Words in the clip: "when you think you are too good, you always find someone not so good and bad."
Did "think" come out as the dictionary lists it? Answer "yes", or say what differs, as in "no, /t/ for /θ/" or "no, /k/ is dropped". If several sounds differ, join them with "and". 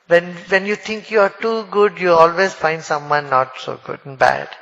no, /t/ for /θ/